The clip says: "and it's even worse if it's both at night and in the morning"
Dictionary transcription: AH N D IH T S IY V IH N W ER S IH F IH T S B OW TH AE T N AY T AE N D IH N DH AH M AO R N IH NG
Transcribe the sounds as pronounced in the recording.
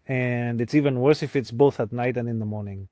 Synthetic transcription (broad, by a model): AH N D IH T S IY V IH N W ER S IH F IH T S B OW TH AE T N AY T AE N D IH N DH AH M AO R N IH NG